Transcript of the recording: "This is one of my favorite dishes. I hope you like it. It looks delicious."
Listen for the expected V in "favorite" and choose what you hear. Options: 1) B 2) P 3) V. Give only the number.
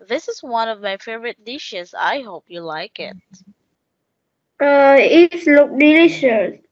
3